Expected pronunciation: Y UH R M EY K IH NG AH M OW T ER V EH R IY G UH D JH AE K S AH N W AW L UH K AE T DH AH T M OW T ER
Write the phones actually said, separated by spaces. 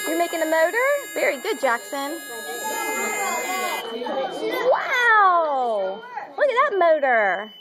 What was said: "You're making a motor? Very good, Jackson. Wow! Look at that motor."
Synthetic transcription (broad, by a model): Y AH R M EY K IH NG AH M OW T ER V EH R IY G UH D JH AE K S AH N W AW W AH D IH DH AH T M OW T ER